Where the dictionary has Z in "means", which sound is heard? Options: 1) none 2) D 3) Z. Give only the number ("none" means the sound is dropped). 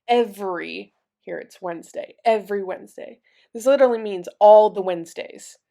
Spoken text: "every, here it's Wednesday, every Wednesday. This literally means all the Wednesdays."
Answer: 3